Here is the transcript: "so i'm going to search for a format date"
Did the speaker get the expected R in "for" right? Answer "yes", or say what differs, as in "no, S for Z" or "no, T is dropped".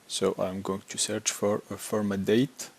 yes